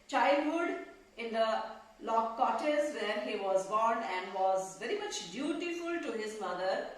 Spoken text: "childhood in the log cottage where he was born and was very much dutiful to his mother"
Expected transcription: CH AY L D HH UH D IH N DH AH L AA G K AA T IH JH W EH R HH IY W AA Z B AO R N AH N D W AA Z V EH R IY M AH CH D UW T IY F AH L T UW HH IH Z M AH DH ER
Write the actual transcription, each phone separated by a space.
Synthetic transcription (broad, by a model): CH AY L D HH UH D IH N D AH L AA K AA T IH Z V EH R HH IY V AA Z B AO R N AH N D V AA Z V EH R IY M AH CH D UW T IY F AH L T UW HH IH Z M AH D ER